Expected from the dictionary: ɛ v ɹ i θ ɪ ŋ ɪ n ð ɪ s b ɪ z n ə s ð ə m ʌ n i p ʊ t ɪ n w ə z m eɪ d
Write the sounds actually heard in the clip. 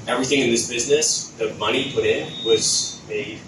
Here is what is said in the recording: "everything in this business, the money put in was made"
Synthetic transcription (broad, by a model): ɛ v ɹ i θ ɪ ŋ ɪ n ð ɪ s b ɪ z n ə s ð ə m ʌ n i p ʊ t ɪ n w ə z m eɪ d